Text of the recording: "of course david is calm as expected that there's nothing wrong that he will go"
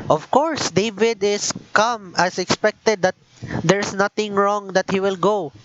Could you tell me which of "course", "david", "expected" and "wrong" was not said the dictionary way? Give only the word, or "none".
none